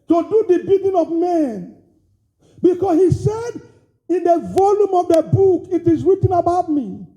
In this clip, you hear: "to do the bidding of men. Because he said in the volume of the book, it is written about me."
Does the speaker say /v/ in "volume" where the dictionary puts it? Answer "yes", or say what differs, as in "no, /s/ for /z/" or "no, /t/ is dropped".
yes